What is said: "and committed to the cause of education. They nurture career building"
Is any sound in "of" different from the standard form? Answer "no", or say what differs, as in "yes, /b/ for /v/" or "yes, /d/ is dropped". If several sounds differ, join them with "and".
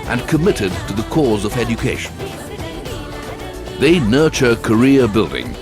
no